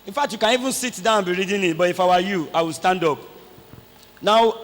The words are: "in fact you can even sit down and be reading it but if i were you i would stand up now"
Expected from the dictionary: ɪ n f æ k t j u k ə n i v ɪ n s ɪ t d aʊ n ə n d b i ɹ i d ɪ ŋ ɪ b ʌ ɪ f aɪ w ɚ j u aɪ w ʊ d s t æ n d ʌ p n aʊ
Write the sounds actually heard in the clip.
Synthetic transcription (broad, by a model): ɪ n f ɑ k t j u k ə n i v ɪ n s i t d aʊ ə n b i ɹ i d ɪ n ɪ b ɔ ɪ f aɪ w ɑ j u aɪ w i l s t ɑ n d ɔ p n aʊ